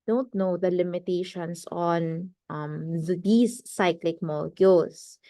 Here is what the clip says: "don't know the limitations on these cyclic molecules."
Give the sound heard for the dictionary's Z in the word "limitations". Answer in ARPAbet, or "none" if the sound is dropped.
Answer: S